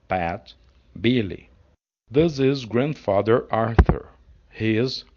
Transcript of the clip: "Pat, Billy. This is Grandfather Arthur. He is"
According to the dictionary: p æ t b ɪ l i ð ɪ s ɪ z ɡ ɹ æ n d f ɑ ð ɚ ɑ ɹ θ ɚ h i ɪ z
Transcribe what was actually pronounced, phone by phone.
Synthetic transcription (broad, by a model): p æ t b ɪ l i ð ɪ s ɪ z ɡ ɹ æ n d f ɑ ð ɚ ɑ ɹ θ ɚ h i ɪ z